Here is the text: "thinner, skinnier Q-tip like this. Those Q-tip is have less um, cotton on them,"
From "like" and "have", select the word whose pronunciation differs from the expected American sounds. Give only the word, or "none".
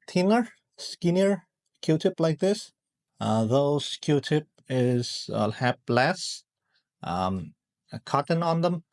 have